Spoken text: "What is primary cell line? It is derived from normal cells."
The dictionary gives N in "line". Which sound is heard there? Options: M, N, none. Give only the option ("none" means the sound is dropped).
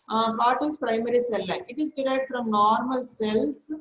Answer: none